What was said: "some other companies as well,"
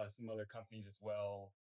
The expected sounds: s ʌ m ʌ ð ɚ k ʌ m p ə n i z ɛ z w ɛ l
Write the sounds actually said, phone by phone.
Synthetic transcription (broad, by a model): s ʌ m ʌ ð ɚ k ʌ m p ə n i z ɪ z w ɛ l